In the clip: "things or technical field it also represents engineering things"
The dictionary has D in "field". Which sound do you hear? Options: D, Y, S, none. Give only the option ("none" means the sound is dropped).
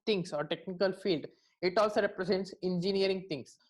D